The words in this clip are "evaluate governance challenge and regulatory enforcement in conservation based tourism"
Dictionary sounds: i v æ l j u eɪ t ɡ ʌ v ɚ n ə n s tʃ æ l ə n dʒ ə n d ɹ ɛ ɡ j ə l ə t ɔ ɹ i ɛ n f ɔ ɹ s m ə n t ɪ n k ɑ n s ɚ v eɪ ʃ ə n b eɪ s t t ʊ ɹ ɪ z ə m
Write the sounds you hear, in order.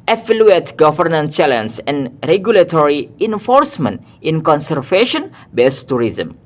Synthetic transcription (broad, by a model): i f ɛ l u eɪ t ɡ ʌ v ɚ n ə n tʃ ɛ l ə n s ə n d ɹ ɛ ɡ j ə l ə t ɔ ɹ i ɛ n f ɔ ɹ s m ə n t ɪ n k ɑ n s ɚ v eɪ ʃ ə n b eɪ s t t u ɹ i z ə m